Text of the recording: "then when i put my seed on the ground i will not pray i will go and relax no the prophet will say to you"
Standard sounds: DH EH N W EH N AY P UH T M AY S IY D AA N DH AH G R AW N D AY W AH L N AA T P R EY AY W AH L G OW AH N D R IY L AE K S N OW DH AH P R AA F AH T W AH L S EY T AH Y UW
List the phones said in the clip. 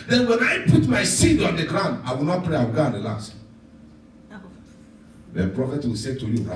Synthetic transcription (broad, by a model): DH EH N W EH N AY P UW T M AY S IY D AA N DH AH G R AW N D AY W AH L N AA T P R EY AY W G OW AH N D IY L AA S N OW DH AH P R AA F AH T W AH L S EY T AH Y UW